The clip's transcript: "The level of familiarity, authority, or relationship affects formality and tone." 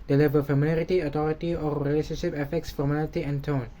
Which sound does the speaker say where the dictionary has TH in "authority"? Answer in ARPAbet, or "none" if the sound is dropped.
T